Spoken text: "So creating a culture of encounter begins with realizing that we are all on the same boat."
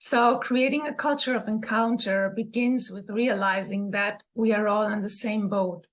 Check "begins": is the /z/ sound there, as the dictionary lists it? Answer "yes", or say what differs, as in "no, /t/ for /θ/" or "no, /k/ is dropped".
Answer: yes